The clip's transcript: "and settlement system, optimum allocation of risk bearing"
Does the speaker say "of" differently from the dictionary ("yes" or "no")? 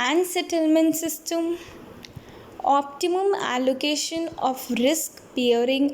yes